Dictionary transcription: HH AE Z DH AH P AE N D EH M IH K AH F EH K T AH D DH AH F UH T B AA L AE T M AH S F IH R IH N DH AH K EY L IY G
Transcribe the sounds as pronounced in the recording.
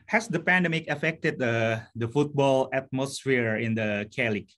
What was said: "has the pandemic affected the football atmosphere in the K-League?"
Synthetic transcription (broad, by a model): HH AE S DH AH P AE N D EH M IH K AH F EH K T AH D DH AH F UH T B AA L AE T M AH S F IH R IH N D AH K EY L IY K